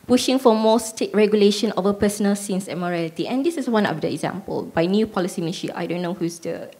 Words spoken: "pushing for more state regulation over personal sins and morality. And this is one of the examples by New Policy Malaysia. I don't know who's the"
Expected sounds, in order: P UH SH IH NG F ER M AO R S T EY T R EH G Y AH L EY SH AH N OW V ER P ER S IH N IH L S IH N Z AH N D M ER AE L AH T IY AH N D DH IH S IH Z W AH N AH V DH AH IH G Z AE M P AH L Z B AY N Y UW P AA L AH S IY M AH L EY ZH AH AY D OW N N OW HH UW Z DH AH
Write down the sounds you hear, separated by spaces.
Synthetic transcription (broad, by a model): P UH SH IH NG F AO M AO S T EY T R EH G Y AH L EY SH AH N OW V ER P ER S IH N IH L S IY N S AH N M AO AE L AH T IY AH N D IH S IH S W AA N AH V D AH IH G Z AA M P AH L B AY N Y UW P AA L AH S IY M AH N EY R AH AY D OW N N OW HH UW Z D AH